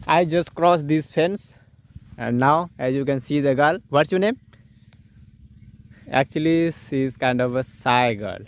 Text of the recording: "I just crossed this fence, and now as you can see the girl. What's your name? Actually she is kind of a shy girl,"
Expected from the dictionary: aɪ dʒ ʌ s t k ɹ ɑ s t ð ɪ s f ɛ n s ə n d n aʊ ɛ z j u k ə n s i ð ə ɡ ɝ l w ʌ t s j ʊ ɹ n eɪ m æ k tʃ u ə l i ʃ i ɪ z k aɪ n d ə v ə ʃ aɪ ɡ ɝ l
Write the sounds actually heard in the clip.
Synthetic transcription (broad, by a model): aɪ dʒ ʌ s t k ɹ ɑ s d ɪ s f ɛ n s ə n d n aʊ ɛ z j u k ə n s i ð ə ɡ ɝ l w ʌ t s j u n eɪ m æ k tʃ u ə l i s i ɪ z k aɪ n d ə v ə s aɪ ɡ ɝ l